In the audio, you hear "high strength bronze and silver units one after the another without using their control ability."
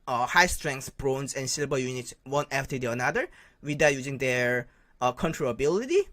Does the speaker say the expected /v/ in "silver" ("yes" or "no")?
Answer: no